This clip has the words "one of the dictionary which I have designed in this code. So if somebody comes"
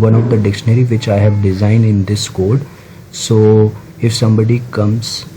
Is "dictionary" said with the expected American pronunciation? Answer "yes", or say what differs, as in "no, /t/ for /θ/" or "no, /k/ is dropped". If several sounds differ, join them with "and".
yes